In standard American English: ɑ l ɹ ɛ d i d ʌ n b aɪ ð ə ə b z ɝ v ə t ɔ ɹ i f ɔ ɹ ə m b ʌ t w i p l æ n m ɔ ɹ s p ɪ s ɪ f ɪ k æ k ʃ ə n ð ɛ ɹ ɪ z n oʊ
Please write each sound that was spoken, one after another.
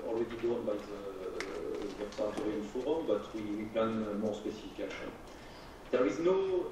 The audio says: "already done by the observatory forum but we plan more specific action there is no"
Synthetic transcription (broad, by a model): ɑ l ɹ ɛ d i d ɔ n b aɪ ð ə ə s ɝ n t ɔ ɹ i f ɔ ɹ ə m b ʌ t w i p l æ n m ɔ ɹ s p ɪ s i f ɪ k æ ʃ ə n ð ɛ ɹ ɪ z n oʊ